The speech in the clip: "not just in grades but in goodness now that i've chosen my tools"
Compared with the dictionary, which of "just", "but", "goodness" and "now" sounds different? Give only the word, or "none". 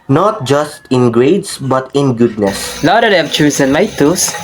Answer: now